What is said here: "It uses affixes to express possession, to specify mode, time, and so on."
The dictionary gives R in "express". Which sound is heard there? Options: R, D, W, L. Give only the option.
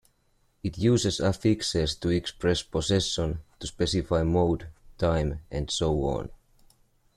R